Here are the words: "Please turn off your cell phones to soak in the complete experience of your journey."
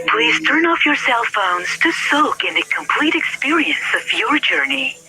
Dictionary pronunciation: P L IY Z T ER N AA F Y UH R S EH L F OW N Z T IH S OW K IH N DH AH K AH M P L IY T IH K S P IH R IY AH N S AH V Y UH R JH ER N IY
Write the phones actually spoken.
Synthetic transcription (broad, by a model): P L IY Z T ER N AA F Y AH R S EH L F OW N Z T IH S OW K IH N DH AH K AH M P L IY T IH K S P IH R IY AH N S AH V Y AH R JH ER N IY